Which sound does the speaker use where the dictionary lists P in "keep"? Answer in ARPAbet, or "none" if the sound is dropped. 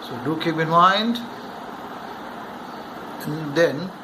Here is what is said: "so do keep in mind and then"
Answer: B